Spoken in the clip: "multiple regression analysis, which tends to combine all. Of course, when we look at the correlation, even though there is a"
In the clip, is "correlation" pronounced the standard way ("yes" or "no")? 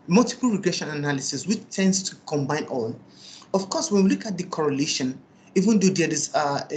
yes